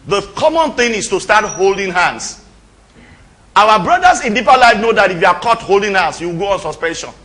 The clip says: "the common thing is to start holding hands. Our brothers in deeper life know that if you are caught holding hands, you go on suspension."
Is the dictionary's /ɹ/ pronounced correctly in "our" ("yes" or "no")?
no